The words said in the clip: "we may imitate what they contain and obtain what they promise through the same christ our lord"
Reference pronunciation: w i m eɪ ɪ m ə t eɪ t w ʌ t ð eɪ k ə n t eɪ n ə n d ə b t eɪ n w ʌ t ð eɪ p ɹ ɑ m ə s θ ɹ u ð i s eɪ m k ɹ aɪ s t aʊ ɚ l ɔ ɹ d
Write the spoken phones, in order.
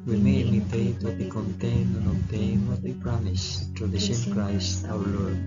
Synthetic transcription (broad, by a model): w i m eɪ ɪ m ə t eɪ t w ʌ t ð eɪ k ə n t eɪ n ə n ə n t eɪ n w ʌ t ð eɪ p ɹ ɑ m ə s t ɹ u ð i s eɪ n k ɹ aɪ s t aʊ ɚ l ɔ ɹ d